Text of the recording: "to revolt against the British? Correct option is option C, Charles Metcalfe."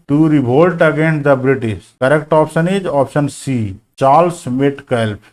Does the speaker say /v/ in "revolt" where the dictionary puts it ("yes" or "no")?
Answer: no